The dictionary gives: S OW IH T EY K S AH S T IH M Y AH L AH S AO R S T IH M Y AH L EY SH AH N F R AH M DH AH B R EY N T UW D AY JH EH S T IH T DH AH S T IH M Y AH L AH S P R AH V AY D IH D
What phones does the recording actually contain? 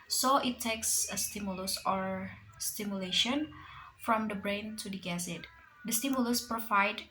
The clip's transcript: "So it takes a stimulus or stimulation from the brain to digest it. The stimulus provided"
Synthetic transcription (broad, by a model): S OW IH T EY K S AH S T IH M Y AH L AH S AO R S T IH M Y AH L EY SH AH N F R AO M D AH B R EY N T UW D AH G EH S IH T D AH S T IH M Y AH L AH S P R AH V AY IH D